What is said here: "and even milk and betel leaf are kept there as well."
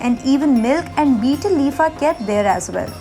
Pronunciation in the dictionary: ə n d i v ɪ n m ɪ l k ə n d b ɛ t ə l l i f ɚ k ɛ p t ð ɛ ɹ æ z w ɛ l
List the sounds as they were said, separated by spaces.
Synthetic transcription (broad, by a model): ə n d i v ɪ n m ɪ l k ə n d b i t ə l l i f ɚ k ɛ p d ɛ ɹ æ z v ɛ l